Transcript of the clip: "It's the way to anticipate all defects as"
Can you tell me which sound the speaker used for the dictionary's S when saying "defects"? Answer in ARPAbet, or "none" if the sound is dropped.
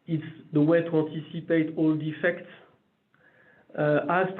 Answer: S